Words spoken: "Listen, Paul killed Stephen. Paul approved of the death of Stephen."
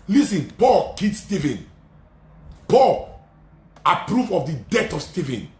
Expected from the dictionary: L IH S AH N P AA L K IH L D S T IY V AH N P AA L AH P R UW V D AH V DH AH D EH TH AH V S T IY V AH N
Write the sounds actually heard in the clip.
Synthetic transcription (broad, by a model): L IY S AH N P AA L K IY D S T IY V AH N P AA L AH P R UW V AH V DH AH D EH T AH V S T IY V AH N